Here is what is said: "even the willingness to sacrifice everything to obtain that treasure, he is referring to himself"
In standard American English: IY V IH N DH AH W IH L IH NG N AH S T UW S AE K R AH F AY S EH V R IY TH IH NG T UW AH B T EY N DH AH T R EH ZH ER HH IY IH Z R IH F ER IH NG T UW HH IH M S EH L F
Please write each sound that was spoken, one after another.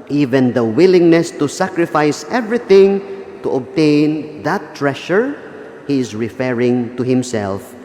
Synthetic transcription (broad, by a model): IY V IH N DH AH W IH L IH NG N AH S T UW S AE K R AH F AY S EH V R IY TH IH NG T UW AH B T EY N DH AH T R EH SH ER HH IY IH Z R IH F ER IH NG T UW HH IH M S EH L F